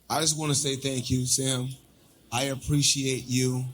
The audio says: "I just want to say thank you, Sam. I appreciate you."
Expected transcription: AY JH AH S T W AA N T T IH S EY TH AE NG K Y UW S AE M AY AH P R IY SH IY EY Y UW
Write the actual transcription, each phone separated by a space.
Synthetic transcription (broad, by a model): AY JH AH S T W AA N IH S EY TH AE NG K Y UW S AE M AY AH P R IY SH IY EY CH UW